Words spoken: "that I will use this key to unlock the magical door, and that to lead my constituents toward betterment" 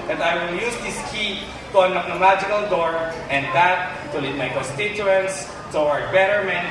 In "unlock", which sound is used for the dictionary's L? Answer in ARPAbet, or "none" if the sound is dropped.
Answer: none